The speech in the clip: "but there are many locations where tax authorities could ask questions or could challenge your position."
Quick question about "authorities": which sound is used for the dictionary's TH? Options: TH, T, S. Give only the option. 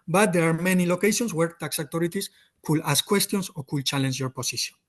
T